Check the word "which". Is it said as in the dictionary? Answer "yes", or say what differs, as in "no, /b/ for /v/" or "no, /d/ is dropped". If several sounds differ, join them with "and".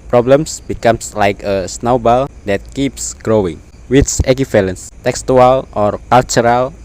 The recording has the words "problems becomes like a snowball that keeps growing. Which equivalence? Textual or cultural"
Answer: no, /s/ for /tʃ/